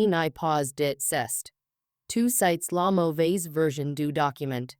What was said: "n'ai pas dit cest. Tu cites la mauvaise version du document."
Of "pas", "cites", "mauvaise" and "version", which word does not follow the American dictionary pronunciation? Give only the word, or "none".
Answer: none